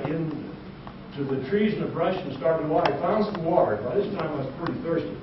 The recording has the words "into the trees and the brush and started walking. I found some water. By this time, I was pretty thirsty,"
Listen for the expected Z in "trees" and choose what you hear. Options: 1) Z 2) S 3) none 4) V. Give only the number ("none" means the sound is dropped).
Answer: 1